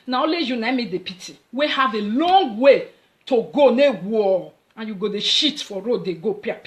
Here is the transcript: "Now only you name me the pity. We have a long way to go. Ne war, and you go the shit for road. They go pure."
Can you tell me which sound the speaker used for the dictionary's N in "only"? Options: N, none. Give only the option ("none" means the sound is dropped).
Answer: none